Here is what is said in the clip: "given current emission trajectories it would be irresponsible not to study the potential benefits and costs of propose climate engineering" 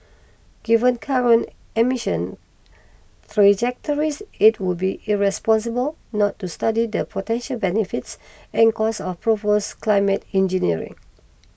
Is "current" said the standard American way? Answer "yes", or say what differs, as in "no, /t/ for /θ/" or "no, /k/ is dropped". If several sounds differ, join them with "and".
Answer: no, /t/ is dropped